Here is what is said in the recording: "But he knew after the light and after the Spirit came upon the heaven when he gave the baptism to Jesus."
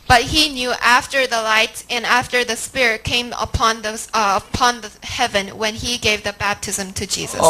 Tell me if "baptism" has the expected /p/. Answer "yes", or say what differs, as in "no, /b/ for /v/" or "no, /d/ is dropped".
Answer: yes